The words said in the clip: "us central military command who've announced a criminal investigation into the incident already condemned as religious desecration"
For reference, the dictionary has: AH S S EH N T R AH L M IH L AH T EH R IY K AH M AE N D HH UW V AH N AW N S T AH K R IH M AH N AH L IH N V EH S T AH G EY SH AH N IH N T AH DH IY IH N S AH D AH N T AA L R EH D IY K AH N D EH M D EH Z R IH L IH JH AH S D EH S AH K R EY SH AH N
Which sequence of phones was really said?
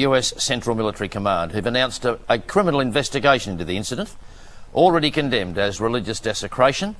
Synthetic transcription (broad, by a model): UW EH S EH N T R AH L M IH L AH T EH R IY K AH M AE N D HH UW V AH N AW N S T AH K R IH M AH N L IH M V EH S T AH G EY AH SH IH N T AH DH IY IH N S AH D AH N T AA L R EH D IY K AH N D EH M D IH Z R IH L IH JH AH S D EH S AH K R EY SH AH N